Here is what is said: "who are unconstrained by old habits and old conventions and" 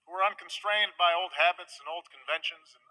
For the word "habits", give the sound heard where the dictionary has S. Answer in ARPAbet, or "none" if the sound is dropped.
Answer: S